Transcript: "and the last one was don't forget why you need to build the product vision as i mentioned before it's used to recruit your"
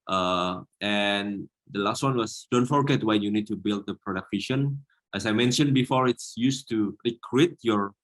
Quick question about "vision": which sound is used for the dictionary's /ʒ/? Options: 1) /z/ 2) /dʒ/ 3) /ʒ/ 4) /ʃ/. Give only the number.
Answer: 4